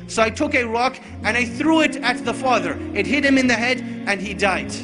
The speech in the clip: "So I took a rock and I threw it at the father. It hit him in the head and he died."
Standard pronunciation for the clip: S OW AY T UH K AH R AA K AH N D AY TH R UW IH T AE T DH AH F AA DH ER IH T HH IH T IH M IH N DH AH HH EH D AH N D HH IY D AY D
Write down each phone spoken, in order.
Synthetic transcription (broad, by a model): S OW AY T UH K AH R AA K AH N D AY TH R UW IH T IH T DH AH F AA DH ER IH T HH IH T IH M IH N DH AH HH EH D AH N IY D AY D